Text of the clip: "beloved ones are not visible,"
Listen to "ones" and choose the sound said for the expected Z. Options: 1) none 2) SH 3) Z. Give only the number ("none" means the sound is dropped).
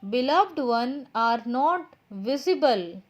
1